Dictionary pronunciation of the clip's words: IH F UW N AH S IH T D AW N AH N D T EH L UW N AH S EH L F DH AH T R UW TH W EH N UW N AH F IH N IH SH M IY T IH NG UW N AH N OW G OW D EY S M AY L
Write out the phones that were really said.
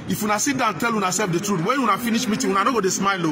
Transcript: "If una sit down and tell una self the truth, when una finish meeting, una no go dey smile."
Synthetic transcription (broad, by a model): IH F UW N AH S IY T D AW AH N T EH L UW N AH S EH L F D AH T R UW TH W EH N UW N AH F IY N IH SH M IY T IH UW N AH N OW G OW D EY S M AY L